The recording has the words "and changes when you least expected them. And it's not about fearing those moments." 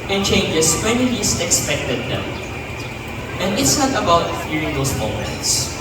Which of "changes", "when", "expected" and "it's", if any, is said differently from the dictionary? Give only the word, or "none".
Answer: changes